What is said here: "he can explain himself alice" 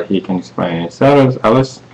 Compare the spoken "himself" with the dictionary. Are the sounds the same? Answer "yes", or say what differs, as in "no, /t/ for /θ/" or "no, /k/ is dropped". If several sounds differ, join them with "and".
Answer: no, /m/ is dropped